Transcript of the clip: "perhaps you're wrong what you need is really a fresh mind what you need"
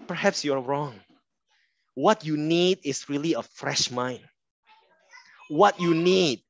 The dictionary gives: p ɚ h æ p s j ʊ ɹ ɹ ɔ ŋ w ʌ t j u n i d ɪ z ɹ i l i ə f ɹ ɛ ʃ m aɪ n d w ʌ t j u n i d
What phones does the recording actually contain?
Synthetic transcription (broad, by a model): p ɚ h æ p s j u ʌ ɹ ɔ ŋ w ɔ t j u n i d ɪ s ɹ i l i ə f ɹ ɛ ʃ m aɪ n w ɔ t j u n i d